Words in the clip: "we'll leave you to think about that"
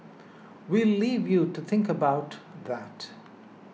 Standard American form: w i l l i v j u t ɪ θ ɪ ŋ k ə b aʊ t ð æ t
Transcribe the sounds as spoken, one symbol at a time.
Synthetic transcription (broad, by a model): w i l l i v j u t ɪ θ ɪ ŋ k ə b aʊ t ð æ t